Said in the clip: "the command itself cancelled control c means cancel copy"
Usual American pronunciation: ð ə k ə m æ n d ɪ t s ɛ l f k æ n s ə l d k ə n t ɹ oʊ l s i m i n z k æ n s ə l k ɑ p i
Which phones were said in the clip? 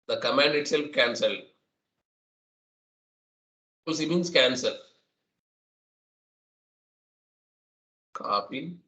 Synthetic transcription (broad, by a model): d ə k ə m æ n d ɪ t s ɛ l f k æ n s ə l d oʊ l s i m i n s k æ n s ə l k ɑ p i